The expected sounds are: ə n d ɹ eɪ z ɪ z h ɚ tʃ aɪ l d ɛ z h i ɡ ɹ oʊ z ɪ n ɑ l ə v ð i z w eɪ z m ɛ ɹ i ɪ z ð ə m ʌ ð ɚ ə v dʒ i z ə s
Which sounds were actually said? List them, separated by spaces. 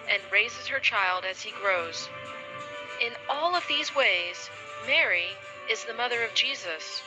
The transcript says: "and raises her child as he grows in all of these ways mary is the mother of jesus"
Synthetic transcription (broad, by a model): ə n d ɹ eɪ z ɪ z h ɚ tʃ aɪ l d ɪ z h i ɡ ɹ oʊ z ɪ n ɑ l ə v ð i z w eɪ z m ɛ ɹ i ɪ z ð ə m ʌ ð ɚ ə v dʒ i z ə s